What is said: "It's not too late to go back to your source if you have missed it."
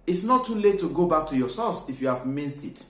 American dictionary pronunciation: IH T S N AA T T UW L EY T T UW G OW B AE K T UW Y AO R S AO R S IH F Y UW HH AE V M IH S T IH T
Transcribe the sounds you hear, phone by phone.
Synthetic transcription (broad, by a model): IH T S N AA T T UW L EY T T UW G OW B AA K T UW Y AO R S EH L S IH F Y UW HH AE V M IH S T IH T